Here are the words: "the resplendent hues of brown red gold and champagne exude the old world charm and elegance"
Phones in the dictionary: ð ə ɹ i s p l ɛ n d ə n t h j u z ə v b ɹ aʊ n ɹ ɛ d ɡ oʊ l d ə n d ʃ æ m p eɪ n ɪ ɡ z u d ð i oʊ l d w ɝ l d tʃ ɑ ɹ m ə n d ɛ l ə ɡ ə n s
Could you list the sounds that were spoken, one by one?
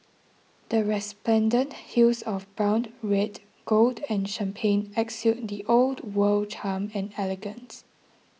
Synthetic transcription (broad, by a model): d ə ɹ i s p l ɛ n d ə n t h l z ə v b ɹ aʊ n ɹ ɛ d ɡ oʊ l d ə n ʃ æ m p eɪ n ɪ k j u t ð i oʊ l d w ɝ l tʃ ɑ m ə n ɛ l ə ɡ ə n s